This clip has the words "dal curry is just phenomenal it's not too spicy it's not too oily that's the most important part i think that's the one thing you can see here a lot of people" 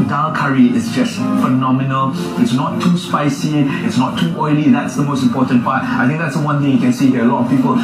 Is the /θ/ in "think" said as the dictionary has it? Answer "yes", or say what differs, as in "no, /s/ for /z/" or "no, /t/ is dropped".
no, /t/ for /θ/